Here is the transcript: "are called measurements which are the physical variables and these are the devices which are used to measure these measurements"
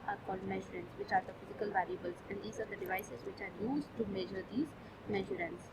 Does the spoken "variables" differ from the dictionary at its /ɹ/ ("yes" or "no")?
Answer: yes